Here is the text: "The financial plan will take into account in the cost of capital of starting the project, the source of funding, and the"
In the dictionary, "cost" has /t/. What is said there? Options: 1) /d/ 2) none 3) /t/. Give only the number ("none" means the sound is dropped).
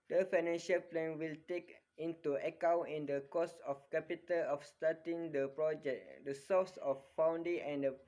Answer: 2